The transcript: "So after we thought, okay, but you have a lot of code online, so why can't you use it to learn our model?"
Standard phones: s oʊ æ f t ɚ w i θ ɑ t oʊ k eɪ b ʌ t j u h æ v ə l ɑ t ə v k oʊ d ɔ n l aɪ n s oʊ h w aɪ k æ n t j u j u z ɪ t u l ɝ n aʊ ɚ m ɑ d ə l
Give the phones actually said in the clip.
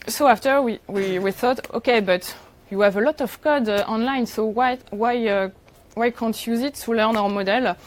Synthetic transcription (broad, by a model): s oʊ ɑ f t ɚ w i θ ɑ t oʊ k eɪ b ʌ t j u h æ v ə l ɑ t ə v k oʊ d ɔ n l aɪ n s oʊ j w aɪ k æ n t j j u z ɪ t u l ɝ n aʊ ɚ m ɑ d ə l